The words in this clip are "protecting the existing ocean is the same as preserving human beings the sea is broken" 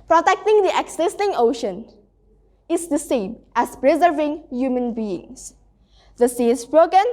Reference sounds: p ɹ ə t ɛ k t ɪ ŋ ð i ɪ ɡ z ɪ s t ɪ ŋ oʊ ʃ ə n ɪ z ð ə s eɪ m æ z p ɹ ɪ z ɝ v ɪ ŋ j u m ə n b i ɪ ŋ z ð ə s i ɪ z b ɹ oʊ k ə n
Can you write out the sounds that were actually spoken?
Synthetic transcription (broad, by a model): p ɹ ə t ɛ k t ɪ ŋ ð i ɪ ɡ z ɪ s t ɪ ŋ oʊ ʃ ə n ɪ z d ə s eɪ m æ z p ɹ ɪ z ɝ v ɪ ŋ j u m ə n b i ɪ ŋ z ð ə s i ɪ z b ɹ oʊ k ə n